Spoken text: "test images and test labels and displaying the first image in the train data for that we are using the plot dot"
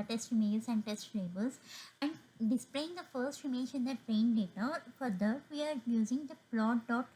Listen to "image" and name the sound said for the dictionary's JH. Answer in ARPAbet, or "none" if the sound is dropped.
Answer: SH